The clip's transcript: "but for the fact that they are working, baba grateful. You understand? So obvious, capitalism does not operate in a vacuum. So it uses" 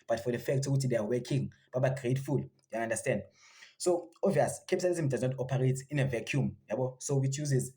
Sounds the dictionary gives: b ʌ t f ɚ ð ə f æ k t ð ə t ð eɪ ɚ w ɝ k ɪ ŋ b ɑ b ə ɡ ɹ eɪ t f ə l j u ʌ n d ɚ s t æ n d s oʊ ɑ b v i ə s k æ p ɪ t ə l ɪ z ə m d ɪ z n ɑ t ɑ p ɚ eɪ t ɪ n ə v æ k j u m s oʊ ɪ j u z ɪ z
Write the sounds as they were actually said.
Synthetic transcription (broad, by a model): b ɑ t f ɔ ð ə f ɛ k t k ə t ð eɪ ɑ w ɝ k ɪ ŋ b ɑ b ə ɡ ɹ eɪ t f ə l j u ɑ n d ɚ s t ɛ n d s oʊ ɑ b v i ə s k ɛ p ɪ s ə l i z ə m d ɪ z n ɑ t ɑ p ɚ eɪ t ɪ n ə v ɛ k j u m s oʊ ɪ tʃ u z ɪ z